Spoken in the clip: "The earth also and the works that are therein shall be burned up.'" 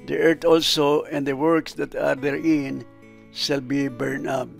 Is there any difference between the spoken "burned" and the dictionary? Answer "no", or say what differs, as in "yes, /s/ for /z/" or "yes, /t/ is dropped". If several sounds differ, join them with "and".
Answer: yes, /d/ is dropped